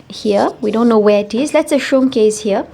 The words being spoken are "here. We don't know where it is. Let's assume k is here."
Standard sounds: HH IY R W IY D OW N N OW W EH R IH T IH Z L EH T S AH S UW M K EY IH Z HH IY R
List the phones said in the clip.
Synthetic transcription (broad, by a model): HH IY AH W IY D OW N N OW W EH IH T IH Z L EH T S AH SH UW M K EY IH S HH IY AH